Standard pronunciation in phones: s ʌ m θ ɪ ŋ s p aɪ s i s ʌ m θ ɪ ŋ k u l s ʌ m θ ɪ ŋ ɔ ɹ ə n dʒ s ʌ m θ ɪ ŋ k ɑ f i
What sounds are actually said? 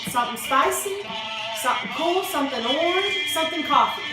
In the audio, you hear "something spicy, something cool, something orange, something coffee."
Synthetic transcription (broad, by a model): s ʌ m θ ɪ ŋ s p aɪ s i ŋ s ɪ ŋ k u l s ʌ m θ ɪ ŋ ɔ l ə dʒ s ʌ m θ ɪ ŋ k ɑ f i